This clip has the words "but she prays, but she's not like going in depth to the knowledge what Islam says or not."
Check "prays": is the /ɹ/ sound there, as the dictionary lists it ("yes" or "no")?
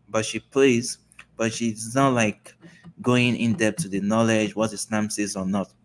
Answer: no